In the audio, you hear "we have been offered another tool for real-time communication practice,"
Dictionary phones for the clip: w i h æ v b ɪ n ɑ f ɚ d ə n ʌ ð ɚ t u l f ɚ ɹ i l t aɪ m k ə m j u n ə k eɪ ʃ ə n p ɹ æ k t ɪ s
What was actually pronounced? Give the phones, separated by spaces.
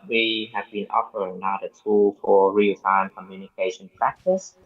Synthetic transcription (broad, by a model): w i h æ v b ɪ n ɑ f ɚ ə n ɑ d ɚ t u l f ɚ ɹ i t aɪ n k ə m j u n ə k eɪ ʃ ə n p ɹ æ k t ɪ s